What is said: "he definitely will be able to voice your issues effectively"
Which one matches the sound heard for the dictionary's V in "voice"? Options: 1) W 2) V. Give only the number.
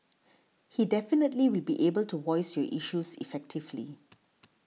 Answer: 1